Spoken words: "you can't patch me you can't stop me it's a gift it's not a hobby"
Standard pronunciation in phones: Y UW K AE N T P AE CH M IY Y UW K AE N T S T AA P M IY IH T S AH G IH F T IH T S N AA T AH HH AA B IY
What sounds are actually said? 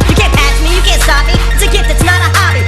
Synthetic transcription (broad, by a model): Y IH K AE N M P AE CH M IY Y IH K AE N T S T AA P M IY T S AH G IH T IH T S N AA T AH HH AA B IY